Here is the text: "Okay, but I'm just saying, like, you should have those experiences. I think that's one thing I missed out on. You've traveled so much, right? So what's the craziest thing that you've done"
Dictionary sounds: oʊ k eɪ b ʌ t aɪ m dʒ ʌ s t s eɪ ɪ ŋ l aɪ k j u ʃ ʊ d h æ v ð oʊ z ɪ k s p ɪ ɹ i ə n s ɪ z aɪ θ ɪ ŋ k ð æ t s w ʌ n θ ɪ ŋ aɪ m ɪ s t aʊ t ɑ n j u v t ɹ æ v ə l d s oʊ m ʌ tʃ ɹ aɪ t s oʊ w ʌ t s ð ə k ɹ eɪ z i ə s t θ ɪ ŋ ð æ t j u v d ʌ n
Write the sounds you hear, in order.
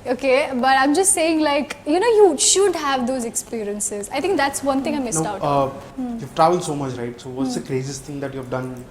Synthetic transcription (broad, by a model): oʊ k eɪ b ʌ t aɪ m dʒ ʌ s t s eɪ ɪ ŋ l aɪ k j u ʃ ʊ d h æ v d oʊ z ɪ k s p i ɹ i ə n s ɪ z aɪ t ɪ ŋ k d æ t s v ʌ n t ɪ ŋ aɪ m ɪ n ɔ aʊ t j u v t ɹ æ v ə l d s oʊ m ʌ tʃ ɹ aɪ t s oʊ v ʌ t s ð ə k ɹ eɪ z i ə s t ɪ ŋ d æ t j u v d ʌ n